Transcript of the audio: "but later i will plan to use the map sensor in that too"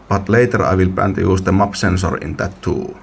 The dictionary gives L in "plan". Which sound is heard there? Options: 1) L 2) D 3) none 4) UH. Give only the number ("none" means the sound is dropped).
3